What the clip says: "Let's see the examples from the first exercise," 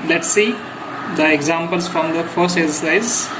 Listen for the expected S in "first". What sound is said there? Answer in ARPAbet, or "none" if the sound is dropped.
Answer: S